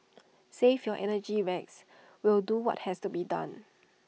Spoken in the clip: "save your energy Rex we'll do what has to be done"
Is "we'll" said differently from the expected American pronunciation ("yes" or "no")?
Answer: no